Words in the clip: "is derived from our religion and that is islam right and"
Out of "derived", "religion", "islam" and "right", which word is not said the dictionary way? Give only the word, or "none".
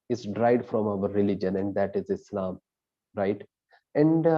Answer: derived